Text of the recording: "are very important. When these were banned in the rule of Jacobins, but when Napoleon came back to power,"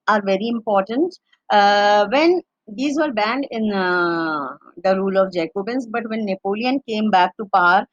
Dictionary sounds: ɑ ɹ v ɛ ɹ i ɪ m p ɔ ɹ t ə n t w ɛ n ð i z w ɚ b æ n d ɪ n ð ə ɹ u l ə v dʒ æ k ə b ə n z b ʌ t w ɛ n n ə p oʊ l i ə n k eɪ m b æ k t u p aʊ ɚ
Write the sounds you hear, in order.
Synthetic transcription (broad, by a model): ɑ ɹ v ɛ ɹ i ɪ m p ɔ ɹ t ə n t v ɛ n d i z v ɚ b æ n d ɪ n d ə ɹ u l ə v dʒ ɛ k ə b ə n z b ʌ t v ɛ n n ə p oʊ l i ə n k eɪ m b æ k t u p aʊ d